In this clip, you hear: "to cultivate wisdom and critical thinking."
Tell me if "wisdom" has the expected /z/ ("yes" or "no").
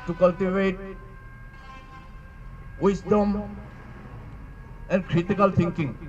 no